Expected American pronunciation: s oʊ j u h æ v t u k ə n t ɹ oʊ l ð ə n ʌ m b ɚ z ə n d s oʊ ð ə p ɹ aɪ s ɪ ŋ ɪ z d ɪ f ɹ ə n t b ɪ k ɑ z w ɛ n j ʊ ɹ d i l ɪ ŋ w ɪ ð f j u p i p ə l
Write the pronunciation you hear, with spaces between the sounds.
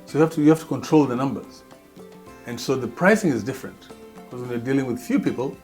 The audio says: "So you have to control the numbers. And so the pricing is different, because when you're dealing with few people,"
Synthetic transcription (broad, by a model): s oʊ j u h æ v t u k ə n t ɹ oʊ l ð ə n ʌ m b ɚ z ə n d s oʊ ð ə p ɹ aɪ s ɪ ŋ ɪ z d ɪ f ɹ ə n t b ɪ k ɑ z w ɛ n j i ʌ d i l ɪ ŋ w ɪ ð f j u p i p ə l